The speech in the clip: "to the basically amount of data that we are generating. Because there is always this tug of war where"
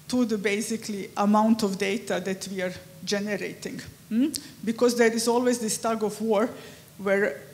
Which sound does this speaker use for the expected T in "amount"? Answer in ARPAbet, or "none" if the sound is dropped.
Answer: T